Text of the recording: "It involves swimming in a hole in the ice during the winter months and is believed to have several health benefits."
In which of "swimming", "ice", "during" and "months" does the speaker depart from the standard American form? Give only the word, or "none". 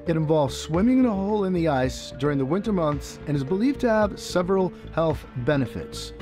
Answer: none